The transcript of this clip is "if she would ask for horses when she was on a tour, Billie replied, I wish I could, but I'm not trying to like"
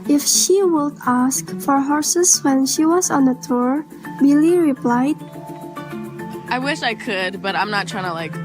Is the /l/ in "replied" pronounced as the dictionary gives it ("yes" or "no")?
yes